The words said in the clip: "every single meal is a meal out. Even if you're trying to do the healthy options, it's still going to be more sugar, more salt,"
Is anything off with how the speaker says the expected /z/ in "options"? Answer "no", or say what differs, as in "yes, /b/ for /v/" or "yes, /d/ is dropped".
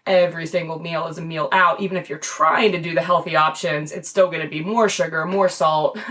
no